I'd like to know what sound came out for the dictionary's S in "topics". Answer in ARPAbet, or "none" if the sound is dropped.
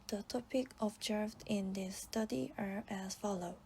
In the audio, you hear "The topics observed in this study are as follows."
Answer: none